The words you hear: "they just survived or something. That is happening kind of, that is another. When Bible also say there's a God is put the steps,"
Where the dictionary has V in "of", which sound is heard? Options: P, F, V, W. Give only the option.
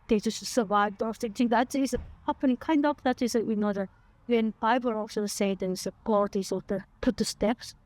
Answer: P